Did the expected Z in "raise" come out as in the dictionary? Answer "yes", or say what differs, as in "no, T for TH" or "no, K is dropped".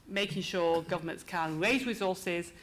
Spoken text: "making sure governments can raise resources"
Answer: yes